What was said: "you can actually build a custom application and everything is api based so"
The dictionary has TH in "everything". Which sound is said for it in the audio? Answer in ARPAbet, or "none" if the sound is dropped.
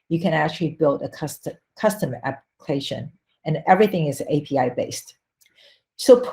TH